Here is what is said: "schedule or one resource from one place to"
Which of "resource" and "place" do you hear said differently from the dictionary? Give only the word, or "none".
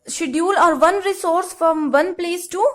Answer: none